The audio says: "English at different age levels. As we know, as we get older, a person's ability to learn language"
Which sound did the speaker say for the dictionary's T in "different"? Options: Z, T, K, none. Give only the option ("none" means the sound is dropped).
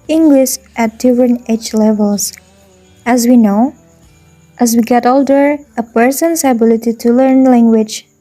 none